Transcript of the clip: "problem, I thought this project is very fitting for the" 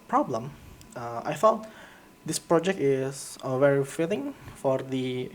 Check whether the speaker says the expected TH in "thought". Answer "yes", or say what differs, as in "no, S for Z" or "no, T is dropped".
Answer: no, F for TH